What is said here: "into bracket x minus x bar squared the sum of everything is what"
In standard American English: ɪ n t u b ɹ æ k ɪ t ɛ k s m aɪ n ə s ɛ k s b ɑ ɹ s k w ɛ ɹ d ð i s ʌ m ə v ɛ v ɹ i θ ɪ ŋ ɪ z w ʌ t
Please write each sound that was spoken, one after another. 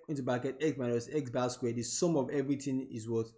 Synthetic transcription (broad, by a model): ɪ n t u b ɑ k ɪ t ɛ k s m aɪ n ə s ɛ k s b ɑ l s k w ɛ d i s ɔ m ə v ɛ v ɹ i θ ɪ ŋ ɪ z w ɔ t